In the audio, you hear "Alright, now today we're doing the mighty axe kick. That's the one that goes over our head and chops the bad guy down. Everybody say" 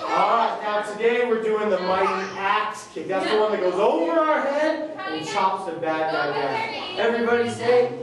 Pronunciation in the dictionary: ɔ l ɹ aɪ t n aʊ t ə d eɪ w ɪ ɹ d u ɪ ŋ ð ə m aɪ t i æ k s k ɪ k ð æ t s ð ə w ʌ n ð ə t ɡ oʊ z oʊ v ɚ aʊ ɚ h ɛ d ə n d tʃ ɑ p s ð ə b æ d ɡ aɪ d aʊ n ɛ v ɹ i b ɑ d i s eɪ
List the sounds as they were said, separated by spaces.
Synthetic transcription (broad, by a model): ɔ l ɹ aɪ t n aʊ s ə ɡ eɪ w ɪ ɹ d u ɪ ŋ ð ə m aɪ t i æ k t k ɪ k ð æ t s ð ə w ʌ n ð ə t ɡ oʊ z oʊ v ɚ aʊ ɚ h ɛ d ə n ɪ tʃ ɑ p s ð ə b æ d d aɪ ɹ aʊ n ɛ v ɹ i b ɑ d i s eɪ